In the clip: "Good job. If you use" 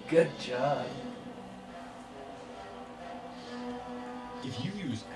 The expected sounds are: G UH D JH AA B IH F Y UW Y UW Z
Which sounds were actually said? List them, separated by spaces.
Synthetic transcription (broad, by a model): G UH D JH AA IH F Y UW Y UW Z